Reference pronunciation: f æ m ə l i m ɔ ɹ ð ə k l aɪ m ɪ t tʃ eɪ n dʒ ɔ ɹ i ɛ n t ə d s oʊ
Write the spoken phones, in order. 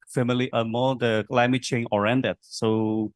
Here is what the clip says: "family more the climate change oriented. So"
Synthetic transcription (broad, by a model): f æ m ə l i m ɔ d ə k l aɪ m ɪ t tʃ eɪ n ɔ ɹ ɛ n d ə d s oʊ